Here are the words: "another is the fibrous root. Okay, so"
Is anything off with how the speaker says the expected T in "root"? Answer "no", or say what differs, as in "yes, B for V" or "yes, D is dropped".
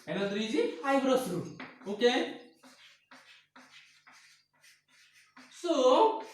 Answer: yes, T is dropped